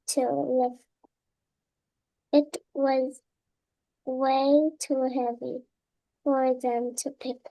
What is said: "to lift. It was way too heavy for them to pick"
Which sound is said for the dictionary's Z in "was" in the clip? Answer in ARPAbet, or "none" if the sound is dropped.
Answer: Z